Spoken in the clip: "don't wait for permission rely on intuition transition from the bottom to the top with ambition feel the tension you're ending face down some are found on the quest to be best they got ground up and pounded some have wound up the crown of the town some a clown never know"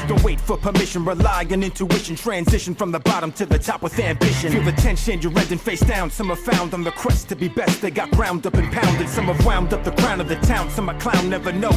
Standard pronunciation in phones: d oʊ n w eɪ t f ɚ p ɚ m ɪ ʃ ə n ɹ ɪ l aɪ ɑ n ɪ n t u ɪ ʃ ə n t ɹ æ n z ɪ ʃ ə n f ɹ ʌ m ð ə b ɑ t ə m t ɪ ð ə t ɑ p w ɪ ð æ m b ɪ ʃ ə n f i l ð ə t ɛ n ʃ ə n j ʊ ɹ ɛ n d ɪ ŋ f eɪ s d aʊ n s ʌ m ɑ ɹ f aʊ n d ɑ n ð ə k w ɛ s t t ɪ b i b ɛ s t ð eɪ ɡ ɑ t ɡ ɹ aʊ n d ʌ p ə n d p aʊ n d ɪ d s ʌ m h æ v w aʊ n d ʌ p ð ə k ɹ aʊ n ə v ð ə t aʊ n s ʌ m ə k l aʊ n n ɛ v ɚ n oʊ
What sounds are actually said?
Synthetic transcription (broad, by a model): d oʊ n w eɪ t f ɚ p ɚ m ɪ ʃ ə n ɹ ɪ l aɪ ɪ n ɪ n t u ɪ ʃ n t ɹ æ n z ɪ ʃ ə n f ɹ ʌ m ð ə b ɑ t ə m t ɪ ð ə t ɑ p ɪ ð æ m b ɪ ʃ ə n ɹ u ð ə t ɛ n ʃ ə n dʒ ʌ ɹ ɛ d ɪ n f eɪ s d aʊ n s ʌ m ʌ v f aʊ n d n ð ə k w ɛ s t t ɪ b i b ɛ s t ð eɪ ɡ ɑ t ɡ ɹ aʊ n d ʌ p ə n p aʊ n d ɪ d s ʌ m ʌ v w aʊ n d ʌ p ð ə k ɹ aʊ n ə v ð ə t aʊ n s ʌ m ə k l aʊ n n ɛ v ɚ n oʊ